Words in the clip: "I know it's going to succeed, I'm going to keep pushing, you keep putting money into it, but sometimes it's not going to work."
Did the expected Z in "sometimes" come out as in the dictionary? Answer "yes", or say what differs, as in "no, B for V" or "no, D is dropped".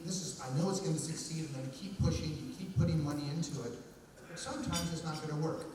yes